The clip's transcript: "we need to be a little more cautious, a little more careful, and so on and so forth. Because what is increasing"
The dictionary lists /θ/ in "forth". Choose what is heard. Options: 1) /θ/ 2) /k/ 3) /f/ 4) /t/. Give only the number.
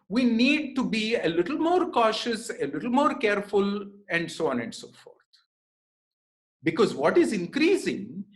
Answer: 4